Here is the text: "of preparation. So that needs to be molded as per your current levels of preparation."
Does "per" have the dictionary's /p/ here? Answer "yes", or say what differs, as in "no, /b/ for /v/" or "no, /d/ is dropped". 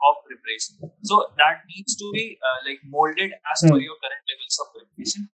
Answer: no, /f/ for /p/